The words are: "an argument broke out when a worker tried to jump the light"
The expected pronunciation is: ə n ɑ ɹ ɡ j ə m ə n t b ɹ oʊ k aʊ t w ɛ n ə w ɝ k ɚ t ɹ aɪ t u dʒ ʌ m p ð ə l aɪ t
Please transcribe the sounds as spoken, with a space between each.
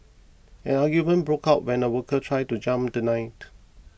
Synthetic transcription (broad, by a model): ə n ɑ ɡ j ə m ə n b ɹ oʊ k aʊ t w ɛ n ə w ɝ k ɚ t ɹ aɪ t u dʒ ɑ m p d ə n aɪ t